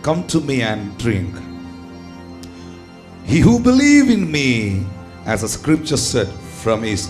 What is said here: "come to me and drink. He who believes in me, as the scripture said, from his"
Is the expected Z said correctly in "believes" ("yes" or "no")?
no